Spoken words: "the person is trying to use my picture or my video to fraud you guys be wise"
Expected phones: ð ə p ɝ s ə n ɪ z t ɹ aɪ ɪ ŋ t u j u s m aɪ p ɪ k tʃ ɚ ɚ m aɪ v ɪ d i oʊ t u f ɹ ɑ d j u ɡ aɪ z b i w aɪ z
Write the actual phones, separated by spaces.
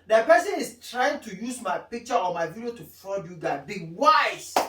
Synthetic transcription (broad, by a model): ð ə p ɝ s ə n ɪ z t ɹ aɪ ɪ ŋ t u j u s m aɪ p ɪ k tʃ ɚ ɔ m aɪ v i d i oʊ t u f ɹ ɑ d j u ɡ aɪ b i w aɪ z